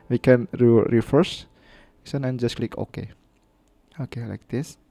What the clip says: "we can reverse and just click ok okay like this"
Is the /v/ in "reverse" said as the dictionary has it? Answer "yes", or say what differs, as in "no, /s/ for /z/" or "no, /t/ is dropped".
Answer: no, /f/ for /v/